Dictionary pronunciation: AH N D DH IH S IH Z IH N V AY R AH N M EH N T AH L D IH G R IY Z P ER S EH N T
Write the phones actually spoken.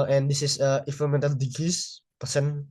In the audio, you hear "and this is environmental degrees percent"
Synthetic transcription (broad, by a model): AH N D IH S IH S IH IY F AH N M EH N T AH L D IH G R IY S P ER S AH N